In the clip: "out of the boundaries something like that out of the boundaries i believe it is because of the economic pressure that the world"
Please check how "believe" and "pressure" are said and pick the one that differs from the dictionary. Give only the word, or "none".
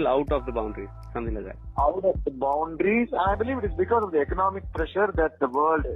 none